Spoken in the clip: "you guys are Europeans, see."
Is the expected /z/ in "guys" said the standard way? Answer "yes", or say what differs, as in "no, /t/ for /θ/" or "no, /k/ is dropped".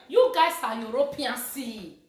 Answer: no, /s/ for /z/